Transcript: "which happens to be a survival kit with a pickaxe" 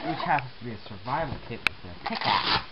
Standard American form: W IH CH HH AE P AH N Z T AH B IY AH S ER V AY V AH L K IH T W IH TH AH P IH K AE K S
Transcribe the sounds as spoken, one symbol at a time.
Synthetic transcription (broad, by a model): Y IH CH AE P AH Z T AH B IY AH S ER V AY V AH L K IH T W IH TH AH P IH K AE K